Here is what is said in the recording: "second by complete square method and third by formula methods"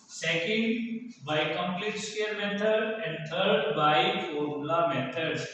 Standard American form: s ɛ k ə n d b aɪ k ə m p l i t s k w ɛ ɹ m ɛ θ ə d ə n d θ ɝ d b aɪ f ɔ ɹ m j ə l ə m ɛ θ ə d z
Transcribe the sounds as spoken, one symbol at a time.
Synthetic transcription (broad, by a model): s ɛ k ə n d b aɪ k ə m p l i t s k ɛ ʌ ɹ m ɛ t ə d ə n d t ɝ d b aɪ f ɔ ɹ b l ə m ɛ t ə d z